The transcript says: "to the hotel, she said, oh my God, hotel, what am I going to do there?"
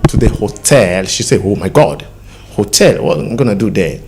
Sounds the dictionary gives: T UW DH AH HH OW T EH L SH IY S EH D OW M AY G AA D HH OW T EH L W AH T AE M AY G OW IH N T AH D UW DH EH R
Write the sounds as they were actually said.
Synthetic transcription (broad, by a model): T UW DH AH HH OW T EH L SH IY S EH OW M AY G AA D HH OW T EH L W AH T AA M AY G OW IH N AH D UW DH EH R